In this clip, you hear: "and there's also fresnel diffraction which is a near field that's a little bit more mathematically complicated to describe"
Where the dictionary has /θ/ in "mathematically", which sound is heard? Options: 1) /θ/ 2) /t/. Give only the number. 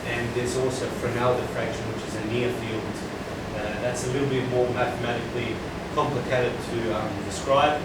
1